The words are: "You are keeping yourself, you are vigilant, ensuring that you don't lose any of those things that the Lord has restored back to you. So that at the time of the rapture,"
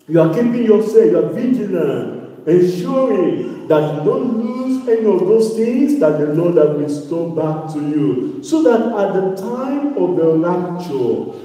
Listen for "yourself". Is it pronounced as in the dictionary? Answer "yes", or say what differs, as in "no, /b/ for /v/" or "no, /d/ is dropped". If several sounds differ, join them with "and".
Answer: no, /l/ is dropped